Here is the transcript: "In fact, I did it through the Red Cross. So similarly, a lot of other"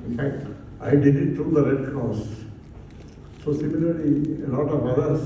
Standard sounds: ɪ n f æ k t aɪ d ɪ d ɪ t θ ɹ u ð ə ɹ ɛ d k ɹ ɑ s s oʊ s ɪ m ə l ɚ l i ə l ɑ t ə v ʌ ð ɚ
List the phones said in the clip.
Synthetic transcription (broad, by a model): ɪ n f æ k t aɪ d ɪ d ɪ t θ ɹ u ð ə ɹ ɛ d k ɑ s s oʊ s ɪ m ə l ɚ l i ə l ɑ t ə v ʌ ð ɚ